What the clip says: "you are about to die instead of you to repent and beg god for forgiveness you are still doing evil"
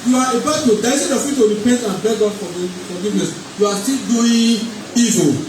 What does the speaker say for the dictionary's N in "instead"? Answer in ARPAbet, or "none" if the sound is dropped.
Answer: none